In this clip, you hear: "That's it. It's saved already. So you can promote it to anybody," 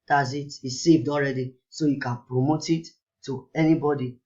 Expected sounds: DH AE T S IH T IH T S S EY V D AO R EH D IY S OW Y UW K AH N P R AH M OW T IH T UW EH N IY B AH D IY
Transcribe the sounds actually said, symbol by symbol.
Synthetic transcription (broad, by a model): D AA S IH T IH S S EY V D AO R EH D IY S OW Y UW K AH N P R AH M OW T IH T UW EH N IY B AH D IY